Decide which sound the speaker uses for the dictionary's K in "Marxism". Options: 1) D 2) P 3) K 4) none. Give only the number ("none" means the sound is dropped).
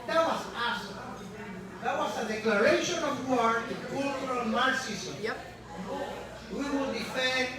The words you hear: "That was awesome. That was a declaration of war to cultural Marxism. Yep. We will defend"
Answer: 4